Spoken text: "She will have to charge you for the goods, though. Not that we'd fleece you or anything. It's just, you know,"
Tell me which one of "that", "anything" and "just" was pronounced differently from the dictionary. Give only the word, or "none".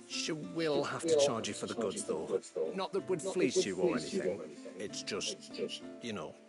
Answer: none